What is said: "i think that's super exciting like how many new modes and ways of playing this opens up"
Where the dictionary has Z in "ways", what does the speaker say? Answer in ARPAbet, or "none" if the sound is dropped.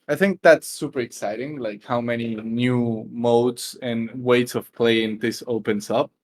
S